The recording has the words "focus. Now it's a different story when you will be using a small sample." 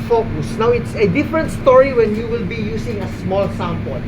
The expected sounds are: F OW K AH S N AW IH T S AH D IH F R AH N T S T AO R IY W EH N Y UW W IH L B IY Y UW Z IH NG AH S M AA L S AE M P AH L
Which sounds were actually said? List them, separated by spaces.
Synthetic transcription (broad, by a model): F OW K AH S N AW IH T S AH D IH F R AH N T S T AO R IY W EH N Y UW W IH L B IY Y UW S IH NG AH S M AA L S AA M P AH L